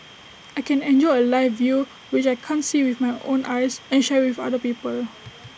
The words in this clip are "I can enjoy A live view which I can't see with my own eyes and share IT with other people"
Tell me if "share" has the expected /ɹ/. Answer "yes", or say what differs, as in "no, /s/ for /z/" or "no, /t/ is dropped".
no, /w/ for /ɹ/